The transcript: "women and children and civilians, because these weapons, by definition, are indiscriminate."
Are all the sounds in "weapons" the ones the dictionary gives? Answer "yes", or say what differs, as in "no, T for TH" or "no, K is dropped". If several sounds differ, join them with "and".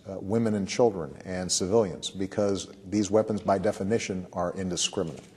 yes